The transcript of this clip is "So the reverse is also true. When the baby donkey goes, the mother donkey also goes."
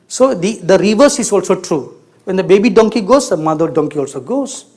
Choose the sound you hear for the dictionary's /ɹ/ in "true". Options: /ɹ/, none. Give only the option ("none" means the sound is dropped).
/ɹ/